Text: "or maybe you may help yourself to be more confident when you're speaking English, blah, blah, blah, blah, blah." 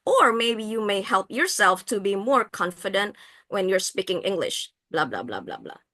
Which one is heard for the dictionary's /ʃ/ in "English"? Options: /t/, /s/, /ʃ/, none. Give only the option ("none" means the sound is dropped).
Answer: /ʃ/